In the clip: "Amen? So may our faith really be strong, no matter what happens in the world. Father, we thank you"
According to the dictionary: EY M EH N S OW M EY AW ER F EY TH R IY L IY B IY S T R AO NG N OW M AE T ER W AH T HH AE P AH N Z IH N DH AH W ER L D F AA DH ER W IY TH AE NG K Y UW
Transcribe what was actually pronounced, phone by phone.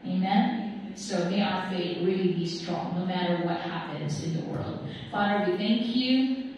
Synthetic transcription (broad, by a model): EY M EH N S OW M EY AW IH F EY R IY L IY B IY S T R AO NG N OW M AE T ER W AH T HH AE P AH N Z IH N DH AH W ER L D F AA DH ER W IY TH AE NG K Y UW